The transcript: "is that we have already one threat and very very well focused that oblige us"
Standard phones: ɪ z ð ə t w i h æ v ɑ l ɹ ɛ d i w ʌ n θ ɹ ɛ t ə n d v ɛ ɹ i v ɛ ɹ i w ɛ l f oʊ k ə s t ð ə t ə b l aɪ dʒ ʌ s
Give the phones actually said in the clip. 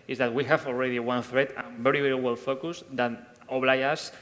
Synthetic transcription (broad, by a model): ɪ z ð ə t w i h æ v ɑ l ɹ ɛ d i w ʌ n θ ɹ ɛ t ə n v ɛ ɹ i v ɛ ɹ i w ɛ l f oʊ k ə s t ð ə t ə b l aɪ ʌ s